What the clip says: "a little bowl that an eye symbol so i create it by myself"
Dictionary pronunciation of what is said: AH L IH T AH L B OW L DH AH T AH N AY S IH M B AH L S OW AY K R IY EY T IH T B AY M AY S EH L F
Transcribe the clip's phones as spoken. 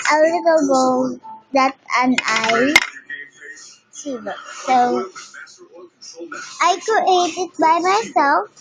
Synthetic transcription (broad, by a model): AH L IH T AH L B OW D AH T AH N AY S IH B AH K S OW AY K R IY EY T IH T B AY M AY S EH L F